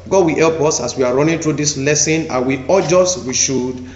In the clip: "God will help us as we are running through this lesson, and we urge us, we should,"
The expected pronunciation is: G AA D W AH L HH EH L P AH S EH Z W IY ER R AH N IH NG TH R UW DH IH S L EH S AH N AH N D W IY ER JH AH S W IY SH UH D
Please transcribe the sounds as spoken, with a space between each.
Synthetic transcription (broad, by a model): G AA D W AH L HH EH L P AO S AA S W IY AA R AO N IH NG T R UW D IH S L EH S AH N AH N W IY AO JH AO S W IY SH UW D